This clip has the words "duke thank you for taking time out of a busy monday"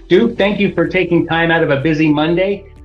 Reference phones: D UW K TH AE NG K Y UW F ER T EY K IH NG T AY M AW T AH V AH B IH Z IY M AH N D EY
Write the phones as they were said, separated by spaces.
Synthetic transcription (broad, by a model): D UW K TH AE NG K Y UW F ER T EY K IH NG T AY M AW T AH V AH B IH Z IY M AH N D EY